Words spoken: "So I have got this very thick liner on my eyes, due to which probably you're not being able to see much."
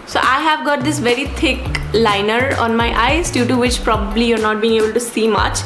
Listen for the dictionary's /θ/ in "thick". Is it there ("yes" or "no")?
no